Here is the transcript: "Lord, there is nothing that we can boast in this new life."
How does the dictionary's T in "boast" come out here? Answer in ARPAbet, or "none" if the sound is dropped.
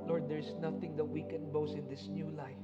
none